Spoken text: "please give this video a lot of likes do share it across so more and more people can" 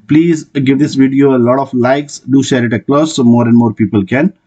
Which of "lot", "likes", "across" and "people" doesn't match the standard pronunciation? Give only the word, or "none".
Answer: across